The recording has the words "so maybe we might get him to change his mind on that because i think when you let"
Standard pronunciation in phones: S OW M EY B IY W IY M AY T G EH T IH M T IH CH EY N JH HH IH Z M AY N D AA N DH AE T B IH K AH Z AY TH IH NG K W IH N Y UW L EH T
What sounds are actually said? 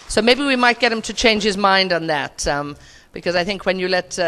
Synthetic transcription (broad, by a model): S OW M EY B IY W IY M AY T G EH T IH M T IH CH EY N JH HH IH Z M AY N D N DH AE T B IH K AH Z AY TH IH NG K W IH N Y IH L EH T